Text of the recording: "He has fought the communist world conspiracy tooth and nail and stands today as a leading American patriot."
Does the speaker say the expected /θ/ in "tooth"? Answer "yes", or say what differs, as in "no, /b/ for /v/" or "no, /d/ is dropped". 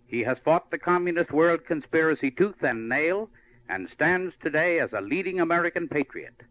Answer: yes